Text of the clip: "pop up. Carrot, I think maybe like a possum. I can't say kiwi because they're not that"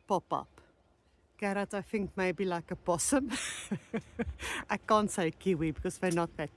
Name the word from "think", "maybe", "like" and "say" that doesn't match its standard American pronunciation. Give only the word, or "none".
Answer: none